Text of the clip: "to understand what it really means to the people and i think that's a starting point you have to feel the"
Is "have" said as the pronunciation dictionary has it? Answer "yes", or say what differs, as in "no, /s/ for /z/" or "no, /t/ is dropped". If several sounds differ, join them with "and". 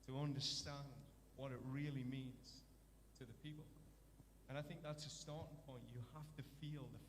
no, /f/ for /v/